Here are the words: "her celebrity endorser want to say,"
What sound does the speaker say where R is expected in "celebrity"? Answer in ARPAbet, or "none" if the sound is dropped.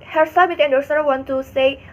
none